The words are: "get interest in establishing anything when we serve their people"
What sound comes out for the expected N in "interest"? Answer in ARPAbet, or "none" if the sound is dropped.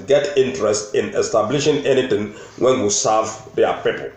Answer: N